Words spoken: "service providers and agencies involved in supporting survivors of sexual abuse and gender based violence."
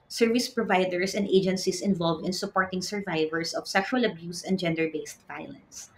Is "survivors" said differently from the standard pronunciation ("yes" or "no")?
yes